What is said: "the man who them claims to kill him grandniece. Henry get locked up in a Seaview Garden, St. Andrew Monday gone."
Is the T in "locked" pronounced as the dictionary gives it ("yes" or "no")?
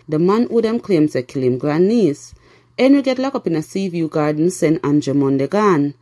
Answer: no